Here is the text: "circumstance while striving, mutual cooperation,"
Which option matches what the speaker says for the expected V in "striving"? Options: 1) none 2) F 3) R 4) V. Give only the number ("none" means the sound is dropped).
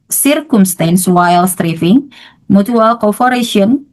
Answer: 2